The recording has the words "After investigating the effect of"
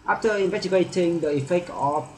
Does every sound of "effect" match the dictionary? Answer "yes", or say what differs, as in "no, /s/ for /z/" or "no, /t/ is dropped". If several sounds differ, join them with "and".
no, /t/ is dropped